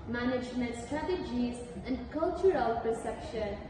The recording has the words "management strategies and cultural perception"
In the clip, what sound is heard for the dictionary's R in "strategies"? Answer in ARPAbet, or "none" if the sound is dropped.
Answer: R